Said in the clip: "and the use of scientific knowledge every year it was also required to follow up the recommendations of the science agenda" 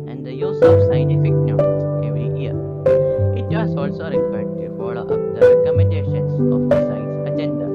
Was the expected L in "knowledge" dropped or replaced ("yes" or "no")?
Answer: yes